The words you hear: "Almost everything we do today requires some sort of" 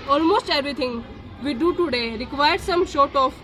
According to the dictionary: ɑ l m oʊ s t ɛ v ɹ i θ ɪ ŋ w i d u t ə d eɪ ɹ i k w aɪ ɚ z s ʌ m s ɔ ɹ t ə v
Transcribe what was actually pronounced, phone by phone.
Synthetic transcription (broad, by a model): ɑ l m oʊ s t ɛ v ɹ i t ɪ ŋ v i d u t ə d eɪ ɹ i k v aɪ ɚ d s ʌ m ʃ ɔ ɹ t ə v